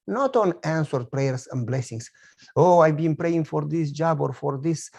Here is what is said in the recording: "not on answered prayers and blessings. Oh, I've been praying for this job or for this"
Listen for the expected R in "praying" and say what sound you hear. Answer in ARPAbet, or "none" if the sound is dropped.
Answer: R